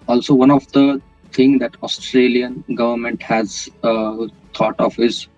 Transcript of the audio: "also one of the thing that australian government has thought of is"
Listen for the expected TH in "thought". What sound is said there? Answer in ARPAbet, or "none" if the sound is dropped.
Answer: T